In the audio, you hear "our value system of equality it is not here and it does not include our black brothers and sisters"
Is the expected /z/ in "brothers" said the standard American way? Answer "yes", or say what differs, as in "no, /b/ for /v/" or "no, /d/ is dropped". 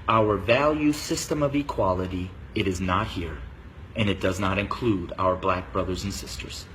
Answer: yes